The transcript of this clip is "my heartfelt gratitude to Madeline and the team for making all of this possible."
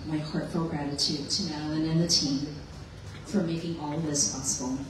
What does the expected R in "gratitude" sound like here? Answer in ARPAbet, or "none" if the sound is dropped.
R